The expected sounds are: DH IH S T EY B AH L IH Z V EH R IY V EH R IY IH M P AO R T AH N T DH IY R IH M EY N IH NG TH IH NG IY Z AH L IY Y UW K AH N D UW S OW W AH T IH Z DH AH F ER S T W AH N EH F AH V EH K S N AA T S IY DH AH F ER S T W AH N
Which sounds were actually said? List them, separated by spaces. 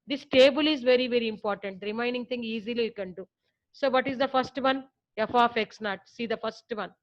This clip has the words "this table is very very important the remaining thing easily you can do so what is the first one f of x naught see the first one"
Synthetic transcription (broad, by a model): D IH S T EY B AH L IH Z V EH R IY V EH R IY IH M P AO R T AH N T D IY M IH IH N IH NG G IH NG IY Z AH L IY Y UW K AH N D UW S OW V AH T IH Z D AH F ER S T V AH N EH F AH F EH K S N AA T S IY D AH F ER S T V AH N